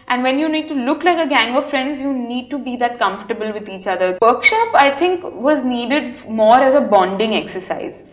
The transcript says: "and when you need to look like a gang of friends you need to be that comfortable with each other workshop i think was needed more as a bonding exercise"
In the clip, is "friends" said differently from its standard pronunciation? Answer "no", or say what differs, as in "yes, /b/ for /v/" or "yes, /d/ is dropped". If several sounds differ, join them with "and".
no